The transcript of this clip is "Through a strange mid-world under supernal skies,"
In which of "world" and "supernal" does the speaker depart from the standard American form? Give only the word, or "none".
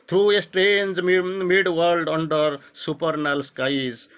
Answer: none